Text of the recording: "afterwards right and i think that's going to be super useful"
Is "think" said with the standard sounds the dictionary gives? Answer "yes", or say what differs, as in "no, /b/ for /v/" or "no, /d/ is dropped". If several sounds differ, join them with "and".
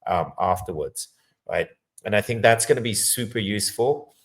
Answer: yes